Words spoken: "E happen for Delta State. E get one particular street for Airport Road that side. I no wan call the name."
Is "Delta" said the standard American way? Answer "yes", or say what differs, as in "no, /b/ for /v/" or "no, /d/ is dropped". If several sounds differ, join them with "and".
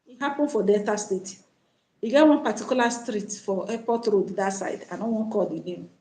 no, /l/ is dropped